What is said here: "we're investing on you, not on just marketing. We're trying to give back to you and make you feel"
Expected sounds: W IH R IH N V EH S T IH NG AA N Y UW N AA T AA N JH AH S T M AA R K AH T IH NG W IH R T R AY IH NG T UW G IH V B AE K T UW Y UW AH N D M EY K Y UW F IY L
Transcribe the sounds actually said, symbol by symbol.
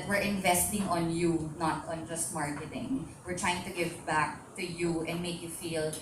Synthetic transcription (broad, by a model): W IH R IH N V EH S T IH NG AA N Y UW N AA T AA N JH AH S T M AA R K AH T IH NG W IH R T R AY IH NG T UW G IH V B AE K T UW Y UW AH N D M EY K Y UW F IY L